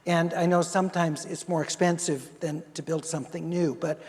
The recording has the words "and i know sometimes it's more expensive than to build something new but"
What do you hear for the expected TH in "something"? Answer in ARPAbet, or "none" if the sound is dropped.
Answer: TH